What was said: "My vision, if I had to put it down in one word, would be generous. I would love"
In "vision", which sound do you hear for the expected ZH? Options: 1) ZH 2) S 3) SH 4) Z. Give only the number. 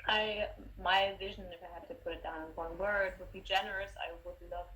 1